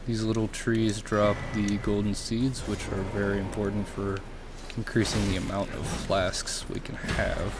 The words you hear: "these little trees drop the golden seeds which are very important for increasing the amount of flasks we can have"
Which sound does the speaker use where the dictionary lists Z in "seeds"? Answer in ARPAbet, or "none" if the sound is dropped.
Z